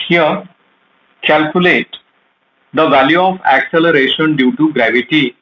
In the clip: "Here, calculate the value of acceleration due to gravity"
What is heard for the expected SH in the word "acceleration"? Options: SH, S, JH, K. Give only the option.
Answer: SH